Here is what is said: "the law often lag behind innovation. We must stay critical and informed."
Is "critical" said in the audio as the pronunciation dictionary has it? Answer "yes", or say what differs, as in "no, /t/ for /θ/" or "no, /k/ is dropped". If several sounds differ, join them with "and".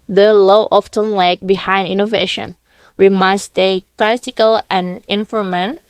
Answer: no, /l/ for /ɹ/